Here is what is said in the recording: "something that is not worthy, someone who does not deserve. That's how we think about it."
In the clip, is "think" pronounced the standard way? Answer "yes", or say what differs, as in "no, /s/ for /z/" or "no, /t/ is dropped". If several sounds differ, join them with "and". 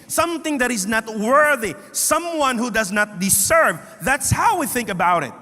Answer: yes